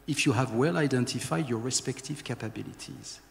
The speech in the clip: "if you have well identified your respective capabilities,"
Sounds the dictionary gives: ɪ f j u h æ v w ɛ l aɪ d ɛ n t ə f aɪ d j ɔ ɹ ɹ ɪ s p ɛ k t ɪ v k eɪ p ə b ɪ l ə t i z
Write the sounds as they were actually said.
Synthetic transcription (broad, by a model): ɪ f j u h æ v w ɛ l aɪ d ɛ n t ə f aɪ d j ɔ ɹ ɹ ɪ s p ɛ k t ɪ v k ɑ p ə b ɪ l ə t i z